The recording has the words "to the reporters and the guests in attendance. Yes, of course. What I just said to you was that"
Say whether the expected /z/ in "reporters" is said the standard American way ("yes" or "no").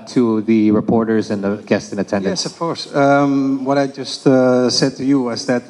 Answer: yes